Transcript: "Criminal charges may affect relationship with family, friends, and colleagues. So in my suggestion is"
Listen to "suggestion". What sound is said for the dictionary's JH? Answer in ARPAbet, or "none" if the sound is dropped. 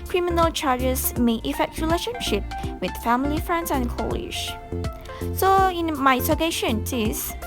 none